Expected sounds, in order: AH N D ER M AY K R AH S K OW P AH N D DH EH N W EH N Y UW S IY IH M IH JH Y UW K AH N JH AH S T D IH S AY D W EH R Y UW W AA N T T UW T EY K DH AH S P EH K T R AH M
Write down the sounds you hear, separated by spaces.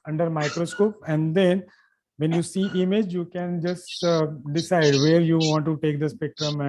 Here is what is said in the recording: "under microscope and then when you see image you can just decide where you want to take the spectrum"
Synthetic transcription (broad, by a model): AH N D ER M AY K R AH S K OW P AH N D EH N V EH N Y UW S IY IH M IH JH Y UW K AH N JH AH S T D IH S AY D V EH R Y UW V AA N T T UW T EY K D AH S P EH K T R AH M